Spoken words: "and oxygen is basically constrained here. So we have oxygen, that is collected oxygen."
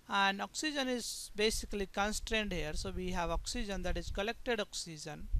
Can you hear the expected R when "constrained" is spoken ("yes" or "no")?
yes